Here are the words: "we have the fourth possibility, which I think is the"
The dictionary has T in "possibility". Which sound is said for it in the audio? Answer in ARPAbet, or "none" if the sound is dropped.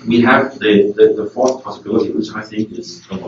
T